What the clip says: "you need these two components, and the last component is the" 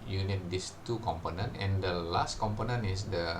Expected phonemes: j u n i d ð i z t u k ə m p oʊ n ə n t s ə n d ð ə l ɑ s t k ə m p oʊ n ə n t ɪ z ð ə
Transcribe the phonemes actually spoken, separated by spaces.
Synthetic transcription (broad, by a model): j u n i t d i s t u k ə m p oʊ n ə n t ə n d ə l ɑ s t k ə m p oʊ n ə n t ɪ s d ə